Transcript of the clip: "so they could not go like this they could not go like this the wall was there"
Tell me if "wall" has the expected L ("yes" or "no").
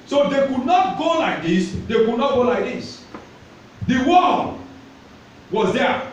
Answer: no